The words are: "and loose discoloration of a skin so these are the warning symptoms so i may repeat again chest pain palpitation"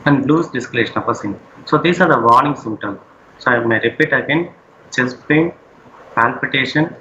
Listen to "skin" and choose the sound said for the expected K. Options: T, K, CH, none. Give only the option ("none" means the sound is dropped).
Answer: none